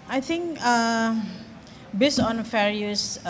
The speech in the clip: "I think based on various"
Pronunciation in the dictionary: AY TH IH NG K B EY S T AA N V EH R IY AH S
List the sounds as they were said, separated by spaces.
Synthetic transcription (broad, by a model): AY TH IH NG K B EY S AA N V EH R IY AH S